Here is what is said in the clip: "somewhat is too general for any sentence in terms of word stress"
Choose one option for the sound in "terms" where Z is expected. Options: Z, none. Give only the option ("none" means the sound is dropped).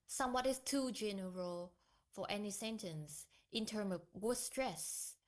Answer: none